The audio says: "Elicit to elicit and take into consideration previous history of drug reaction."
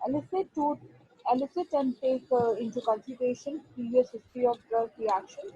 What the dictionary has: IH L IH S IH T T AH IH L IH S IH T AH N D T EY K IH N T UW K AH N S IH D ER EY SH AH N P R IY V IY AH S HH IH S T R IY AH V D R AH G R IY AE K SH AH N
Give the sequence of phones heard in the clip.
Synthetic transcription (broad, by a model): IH L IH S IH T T IH L IH S IH T AH N D T EY K IH N T UW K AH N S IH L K EY SH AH N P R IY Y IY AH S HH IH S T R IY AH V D AH R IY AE K SH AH N